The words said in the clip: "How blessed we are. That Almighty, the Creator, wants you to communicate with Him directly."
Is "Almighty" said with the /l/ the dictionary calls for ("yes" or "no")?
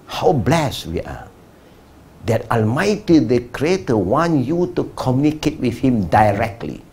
yes